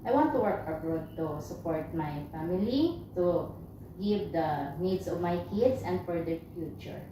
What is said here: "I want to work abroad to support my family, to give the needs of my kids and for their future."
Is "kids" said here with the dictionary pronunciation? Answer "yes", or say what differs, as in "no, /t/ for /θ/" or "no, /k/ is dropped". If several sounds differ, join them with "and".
no, /s/ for /z/